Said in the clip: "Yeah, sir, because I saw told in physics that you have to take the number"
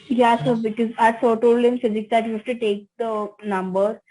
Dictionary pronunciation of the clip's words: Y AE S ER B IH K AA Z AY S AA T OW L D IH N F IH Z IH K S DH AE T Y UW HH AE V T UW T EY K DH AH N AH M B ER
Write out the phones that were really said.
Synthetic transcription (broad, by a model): Y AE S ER B IH K AA Z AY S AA T OW L D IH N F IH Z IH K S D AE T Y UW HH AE F T UW T EY K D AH N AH M B ER